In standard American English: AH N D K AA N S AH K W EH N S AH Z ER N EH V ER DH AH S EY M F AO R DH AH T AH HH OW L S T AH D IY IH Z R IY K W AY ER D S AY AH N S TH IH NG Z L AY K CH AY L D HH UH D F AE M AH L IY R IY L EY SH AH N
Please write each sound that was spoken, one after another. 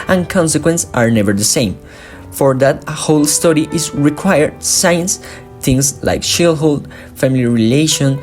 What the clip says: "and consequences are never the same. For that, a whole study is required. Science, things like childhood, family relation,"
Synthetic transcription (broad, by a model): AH N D K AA N S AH K W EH N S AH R N EH V ER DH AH S EY M F AO R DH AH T HH OW L S T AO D IY IH Z R IY K W AY ER D S AY AH N S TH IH NG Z L AY K SH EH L HH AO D F AE M AH L IY R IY L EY SH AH N